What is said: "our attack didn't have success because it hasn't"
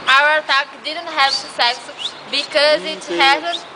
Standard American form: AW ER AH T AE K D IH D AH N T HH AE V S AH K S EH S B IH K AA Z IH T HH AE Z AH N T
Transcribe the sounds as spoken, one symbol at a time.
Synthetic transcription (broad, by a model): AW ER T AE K D IH D AH N T HH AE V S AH S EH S B IH K AA Z IH T HH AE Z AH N